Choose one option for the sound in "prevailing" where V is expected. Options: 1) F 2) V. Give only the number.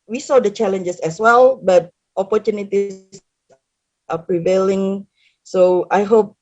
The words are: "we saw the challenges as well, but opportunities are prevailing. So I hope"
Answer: 2